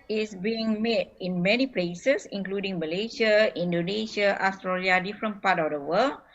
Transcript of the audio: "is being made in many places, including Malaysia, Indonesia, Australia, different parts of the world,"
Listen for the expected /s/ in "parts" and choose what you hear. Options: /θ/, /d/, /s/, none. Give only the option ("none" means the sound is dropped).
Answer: none